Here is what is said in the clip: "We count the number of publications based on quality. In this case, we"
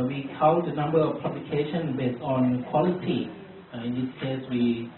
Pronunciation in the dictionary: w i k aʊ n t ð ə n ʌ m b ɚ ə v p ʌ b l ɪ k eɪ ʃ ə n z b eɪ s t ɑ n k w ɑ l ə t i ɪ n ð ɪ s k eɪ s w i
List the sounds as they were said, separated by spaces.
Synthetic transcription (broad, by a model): w i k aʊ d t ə n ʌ m b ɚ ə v p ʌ b l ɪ k eɪ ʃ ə n b eɪ s t ɑ n k w ɑ l ə t i ɪ n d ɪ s k eɪ s w i